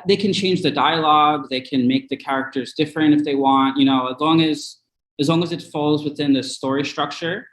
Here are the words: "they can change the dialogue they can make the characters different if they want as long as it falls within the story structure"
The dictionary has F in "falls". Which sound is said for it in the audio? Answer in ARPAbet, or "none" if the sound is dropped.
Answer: F